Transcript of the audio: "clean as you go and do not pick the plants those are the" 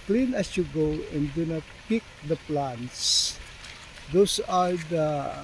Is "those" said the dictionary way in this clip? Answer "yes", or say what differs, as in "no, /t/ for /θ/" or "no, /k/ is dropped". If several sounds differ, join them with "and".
no, /s/ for /z/